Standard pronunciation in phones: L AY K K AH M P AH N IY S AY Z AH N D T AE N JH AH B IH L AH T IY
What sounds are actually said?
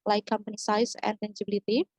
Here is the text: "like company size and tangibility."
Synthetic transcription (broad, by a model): L AY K K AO M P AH N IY S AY S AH N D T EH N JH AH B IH L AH T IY